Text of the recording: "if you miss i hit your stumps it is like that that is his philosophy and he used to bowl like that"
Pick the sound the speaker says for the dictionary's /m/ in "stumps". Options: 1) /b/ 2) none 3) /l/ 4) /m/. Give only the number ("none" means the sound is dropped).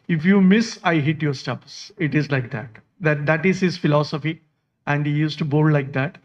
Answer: 2